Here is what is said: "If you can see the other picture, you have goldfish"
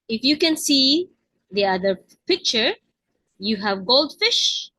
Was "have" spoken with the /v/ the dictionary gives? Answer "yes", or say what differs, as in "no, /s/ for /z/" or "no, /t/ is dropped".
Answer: yes